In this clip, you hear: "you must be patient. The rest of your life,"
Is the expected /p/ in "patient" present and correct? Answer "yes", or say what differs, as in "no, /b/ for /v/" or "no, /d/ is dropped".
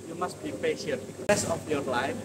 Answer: yes